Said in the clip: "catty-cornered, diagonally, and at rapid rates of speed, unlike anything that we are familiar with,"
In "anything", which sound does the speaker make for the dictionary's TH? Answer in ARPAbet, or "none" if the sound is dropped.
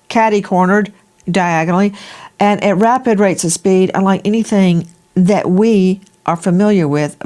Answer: TH